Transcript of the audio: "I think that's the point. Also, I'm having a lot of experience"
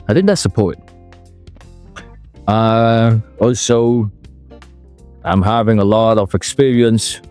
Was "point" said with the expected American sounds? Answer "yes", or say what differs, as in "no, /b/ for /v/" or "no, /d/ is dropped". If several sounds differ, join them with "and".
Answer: no, /n/ is dropped